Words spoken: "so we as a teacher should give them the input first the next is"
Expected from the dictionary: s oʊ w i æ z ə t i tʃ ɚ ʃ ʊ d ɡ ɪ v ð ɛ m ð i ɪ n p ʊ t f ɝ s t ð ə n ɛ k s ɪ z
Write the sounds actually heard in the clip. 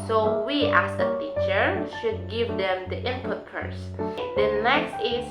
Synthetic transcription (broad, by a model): s oʊ w i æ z ə t i tʃ ɚ ʃ ʊ d ɡ ɪ v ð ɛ m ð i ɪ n p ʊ t p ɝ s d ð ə n ɛ k s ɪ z